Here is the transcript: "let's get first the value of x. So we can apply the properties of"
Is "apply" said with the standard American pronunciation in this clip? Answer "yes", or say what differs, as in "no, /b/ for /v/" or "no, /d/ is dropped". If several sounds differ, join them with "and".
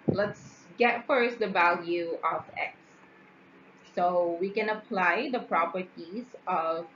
yes